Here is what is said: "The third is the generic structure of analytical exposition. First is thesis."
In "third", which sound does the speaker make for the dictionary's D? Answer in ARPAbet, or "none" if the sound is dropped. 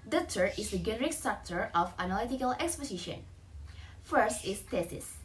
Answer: none